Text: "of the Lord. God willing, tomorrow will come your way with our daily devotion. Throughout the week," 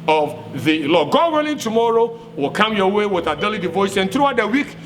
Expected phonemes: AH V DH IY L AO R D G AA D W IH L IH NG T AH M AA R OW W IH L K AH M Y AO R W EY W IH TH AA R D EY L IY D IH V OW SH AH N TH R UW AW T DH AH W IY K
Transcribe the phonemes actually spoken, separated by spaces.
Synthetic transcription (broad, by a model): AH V DH IY L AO G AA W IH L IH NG T AH M AA R OW W IH L K AH M Y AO W EY W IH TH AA D EY L IY D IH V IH S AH N TH R UW AW T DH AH W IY K